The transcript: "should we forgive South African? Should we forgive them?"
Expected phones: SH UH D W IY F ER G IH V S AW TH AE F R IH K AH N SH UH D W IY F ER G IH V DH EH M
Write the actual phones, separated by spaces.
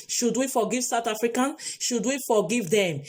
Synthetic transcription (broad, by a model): SH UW D W IY F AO G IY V S AW T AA F R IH K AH N SH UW D W IY F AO G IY V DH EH M